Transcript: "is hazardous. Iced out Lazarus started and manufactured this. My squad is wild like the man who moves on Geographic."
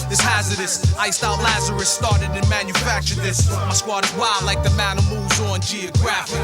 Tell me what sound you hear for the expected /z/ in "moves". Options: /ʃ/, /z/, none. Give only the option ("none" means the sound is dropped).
/z/